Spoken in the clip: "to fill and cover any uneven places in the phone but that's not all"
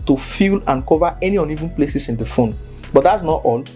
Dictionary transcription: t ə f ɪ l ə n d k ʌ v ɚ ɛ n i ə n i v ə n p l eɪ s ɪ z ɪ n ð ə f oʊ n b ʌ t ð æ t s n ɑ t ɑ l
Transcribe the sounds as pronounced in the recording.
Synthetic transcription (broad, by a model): t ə f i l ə n k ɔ v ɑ ɛ n i ə n i v ə n p l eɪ s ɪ s ɪ n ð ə f oʊ n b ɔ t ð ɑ t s n ɑ t ɑ l